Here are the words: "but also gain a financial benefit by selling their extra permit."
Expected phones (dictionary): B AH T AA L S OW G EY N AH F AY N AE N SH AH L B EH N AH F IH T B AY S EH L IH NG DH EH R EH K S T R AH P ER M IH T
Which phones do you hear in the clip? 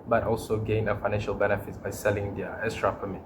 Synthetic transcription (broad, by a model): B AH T AA L S OW G EY N AH F AY N AE N SH AH L B EH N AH F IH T B AY S EH L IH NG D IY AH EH S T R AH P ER M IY